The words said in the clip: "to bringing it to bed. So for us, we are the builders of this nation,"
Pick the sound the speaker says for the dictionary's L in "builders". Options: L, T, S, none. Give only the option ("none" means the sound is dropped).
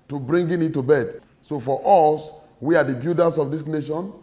none